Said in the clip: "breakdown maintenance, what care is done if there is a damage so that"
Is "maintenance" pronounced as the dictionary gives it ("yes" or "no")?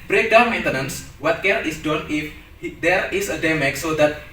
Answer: yes